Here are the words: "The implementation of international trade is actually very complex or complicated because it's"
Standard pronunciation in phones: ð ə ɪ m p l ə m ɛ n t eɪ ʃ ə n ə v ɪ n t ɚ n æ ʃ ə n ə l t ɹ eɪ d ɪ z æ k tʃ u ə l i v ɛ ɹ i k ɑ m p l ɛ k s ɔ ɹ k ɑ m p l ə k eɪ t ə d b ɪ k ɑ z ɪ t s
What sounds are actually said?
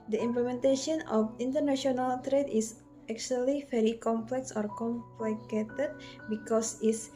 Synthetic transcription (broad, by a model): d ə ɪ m p l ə m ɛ n t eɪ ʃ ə n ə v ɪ n t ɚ n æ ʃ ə n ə l t ɹ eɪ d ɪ s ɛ k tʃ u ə l i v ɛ ɹ i k ɑ m p l ɛ k s ɔ ɹ k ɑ m p l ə k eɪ t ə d b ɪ k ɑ s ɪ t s